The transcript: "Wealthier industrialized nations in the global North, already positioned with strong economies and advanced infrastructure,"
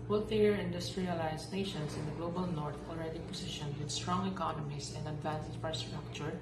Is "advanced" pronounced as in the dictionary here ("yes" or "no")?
no